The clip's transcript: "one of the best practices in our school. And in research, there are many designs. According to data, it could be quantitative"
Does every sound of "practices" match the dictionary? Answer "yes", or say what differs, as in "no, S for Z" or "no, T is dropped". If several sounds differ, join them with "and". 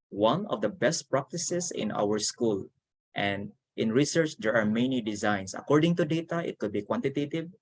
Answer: no, S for Z